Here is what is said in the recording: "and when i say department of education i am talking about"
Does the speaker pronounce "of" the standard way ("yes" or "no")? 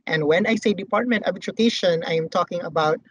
no